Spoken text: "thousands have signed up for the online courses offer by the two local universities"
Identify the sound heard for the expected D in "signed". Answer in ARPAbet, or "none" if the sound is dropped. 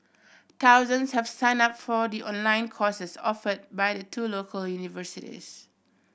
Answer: none